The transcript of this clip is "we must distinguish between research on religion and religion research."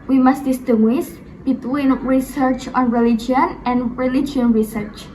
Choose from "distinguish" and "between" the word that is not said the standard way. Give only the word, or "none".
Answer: distinguish